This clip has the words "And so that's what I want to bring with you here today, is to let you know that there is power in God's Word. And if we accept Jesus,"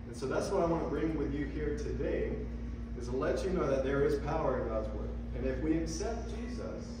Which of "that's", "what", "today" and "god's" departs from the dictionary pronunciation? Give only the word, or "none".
none